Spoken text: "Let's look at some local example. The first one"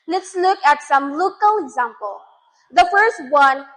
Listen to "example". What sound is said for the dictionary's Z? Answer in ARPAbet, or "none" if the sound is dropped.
Z